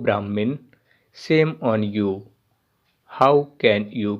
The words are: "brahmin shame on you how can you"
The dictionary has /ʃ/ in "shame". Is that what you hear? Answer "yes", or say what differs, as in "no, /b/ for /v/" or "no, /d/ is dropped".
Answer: no, /s/ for /ʃ/